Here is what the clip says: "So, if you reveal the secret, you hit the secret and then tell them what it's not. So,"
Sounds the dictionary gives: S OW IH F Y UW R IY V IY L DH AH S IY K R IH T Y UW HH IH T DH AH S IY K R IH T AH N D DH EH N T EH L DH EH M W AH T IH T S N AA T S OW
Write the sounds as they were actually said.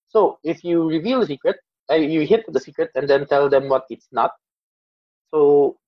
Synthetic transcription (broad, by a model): S OW IH F Y UW R IY V IY L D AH S IY K R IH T Y UW HH IH T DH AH S IY K R IH T AH N D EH N T EH L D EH M W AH T IH T S N AA T S OW